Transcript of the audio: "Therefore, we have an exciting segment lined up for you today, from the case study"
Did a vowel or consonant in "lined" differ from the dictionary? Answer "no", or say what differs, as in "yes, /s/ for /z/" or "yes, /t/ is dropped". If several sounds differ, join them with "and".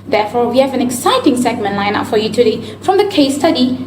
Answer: yes, /d/ is dropped